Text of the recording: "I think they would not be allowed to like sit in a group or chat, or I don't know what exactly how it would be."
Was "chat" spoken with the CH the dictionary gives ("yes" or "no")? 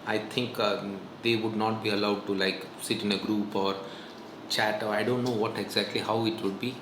yes